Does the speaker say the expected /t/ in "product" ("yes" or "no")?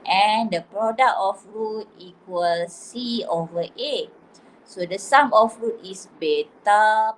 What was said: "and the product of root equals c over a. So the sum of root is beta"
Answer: no